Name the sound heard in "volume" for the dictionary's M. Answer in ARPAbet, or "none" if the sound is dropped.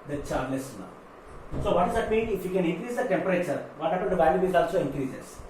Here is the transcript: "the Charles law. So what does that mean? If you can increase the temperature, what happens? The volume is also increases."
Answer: none